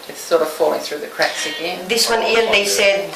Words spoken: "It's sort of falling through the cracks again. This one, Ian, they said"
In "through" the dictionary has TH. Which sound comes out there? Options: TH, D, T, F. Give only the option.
TH